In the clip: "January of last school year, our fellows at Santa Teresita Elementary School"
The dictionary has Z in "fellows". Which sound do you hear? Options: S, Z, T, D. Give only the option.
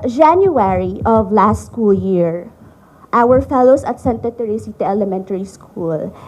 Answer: S